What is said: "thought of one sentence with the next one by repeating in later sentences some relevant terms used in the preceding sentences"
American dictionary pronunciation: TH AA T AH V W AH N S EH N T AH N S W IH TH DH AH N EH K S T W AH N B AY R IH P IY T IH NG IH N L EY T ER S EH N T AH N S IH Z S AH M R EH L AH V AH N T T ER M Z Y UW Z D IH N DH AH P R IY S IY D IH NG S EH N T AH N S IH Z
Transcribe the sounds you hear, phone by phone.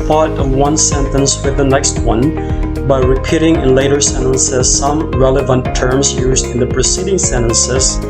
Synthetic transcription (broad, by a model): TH AA T AH V W AH N S EH N T AH N S W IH DH AH N EH K S T W AH N B AY R IH P IY T IH NG IH N L EY T ER S EH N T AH N S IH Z S AH M R EH L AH V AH N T T ER M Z Y UW Z D IH N DH AH P R IY S IY D IH NG S EH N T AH N S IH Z